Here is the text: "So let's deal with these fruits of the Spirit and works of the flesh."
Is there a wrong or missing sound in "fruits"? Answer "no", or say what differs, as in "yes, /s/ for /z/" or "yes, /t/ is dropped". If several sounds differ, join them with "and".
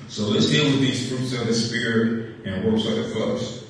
no